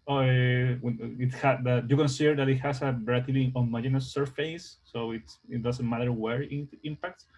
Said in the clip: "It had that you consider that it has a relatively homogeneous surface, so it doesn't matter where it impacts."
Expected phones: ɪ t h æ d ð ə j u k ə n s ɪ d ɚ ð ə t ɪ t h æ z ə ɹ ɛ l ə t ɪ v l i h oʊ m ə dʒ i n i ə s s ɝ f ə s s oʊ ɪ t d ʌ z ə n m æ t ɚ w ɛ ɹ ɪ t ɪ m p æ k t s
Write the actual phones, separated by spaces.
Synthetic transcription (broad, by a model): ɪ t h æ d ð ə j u k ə n s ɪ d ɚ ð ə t ɪ t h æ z ə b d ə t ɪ l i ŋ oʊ m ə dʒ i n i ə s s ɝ f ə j s oʊ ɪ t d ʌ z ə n m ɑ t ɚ w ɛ ɹ ɪ t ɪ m p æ k t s